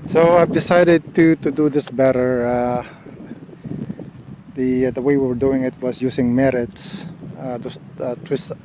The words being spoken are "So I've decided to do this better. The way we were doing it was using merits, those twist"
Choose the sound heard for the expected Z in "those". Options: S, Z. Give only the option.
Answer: S